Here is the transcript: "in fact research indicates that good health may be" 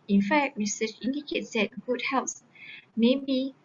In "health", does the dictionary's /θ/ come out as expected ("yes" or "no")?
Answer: no